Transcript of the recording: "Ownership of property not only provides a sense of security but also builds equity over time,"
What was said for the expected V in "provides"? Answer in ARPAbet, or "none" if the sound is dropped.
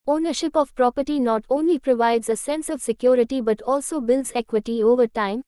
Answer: V